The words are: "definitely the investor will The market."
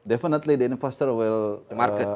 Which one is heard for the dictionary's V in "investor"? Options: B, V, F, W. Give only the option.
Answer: F